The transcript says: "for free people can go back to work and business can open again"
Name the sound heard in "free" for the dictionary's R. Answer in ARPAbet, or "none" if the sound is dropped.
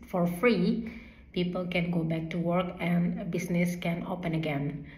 R